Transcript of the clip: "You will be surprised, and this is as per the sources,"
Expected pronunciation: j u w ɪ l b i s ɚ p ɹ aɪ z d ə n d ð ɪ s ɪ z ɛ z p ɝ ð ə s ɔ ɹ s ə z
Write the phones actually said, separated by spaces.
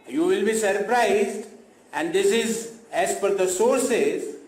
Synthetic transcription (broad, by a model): j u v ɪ l b i s ɚ p ɹ aɪ z d ə n d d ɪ s ɪ z ɛ z f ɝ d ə s ɔ ɹ s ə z